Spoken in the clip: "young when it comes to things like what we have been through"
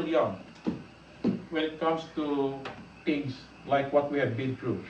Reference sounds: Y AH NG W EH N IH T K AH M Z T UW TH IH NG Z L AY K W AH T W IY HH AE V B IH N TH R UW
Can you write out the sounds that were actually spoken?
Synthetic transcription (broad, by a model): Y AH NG W EH N IH T K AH M S T UW T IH NG S L AY K W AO T W IY HH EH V B IH N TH R UW